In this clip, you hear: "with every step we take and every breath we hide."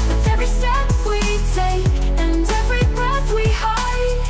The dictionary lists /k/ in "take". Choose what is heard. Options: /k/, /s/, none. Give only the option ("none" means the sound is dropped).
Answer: none